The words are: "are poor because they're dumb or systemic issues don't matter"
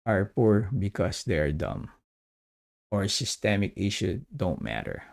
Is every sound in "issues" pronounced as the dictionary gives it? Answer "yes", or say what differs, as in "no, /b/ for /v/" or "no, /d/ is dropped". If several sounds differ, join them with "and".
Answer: no, /z/ is dropped